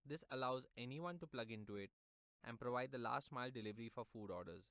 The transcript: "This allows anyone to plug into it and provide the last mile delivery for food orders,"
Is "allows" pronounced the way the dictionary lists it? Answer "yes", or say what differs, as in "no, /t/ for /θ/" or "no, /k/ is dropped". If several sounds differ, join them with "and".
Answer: yes